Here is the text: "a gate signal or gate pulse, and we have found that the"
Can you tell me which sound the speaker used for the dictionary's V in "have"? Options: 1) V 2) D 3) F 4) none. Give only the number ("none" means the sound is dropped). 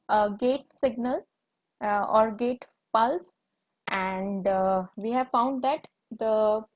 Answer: 1